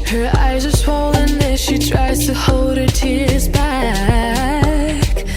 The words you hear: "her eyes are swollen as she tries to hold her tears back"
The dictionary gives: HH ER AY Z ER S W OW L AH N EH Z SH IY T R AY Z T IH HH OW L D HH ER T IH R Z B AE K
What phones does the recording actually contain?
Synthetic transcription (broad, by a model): HH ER AY Z ER S W OW L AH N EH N SH IY T R AY Z T IH HH OW L D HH ER T IH R Z B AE K